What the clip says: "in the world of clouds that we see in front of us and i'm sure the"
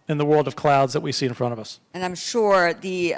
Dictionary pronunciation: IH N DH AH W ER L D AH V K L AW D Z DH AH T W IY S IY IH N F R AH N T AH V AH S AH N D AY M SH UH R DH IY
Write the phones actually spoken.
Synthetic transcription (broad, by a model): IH N DH AH W ER L D AH V K L AW D Z DH AH T W IY S IY IH N F R AH T AH V AH S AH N AY M SH UH R DH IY